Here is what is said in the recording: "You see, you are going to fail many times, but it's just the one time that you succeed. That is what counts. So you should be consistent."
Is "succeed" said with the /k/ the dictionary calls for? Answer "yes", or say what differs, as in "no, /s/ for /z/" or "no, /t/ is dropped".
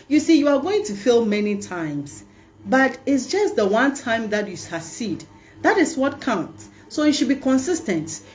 no, /k/ is dropped